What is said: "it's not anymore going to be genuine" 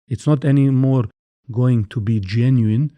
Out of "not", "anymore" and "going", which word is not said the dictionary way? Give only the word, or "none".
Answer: none